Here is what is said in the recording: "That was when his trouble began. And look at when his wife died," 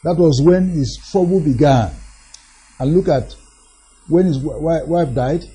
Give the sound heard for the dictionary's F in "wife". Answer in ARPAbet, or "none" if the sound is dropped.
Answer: F